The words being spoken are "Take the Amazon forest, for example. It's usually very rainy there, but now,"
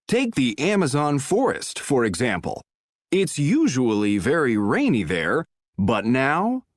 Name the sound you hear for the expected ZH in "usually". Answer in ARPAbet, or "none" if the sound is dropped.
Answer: ZH